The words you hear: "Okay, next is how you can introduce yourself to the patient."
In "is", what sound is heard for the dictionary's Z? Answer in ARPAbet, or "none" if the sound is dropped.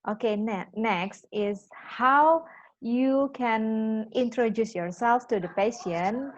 S